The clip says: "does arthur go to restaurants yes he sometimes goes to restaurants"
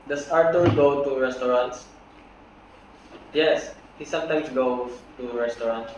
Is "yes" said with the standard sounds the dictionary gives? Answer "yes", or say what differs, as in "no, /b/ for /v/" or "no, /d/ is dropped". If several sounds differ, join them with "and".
yes